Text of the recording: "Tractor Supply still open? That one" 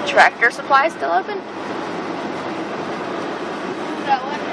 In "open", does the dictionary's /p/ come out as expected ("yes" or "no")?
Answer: no